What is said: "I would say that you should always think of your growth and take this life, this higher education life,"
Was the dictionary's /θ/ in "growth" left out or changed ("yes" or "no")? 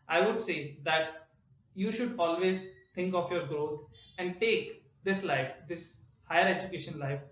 yes